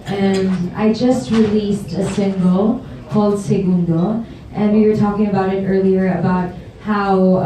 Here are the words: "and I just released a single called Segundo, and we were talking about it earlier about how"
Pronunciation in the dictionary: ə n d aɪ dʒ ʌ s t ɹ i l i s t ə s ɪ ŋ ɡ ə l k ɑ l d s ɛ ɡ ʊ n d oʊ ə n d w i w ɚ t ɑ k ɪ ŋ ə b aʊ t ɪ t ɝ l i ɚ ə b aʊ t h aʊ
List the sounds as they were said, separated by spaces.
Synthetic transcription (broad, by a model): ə n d aɪ dʒ ʌ s t ɹ i l i s t ə s ɪ ŋ ɡ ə l k ɑ l d s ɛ ɡ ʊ n d oʊ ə n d w i w ɚ t ɑ k ɪ ŋ ə b aʊ t ɪ t ɝ l i ɚ ə b aʊ t h aʊ